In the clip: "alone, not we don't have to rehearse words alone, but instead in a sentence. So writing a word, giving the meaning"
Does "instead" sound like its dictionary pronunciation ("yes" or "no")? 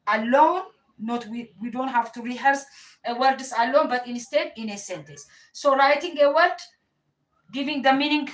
yes